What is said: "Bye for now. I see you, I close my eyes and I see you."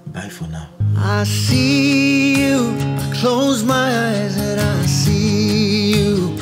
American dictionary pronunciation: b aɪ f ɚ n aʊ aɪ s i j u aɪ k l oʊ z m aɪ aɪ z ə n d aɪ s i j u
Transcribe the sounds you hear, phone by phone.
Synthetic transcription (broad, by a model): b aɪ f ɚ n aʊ aɪ s i j u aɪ k l oʊ z m aɪ aɪ z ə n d aɪ s i j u